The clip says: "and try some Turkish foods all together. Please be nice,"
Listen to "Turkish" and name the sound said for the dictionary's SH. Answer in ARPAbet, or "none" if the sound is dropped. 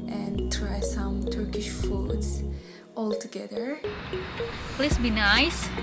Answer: SH